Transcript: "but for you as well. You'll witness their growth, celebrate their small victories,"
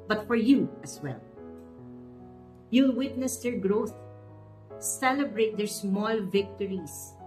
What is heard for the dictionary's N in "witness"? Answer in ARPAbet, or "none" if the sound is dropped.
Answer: N